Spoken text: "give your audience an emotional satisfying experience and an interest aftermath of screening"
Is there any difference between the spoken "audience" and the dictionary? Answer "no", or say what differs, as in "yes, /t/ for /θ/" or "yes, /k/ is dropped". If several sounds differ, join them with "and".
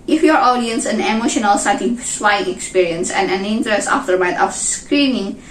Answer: no